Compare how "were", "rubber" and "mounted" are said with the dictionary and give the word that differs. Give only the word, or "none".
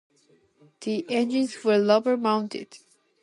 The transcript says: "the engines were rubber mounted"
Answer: rubber